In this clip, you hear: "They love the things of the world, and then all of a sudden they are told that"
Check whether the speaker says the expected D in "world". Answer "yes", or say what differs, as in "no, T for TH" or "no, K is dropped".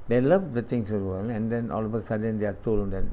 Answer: no, D is dropped